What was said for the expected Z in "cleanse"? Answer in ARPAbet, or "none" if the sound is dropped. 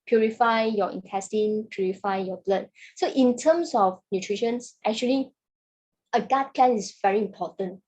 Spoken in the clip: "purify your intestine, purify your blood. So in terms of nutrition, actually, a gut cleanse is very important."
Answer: none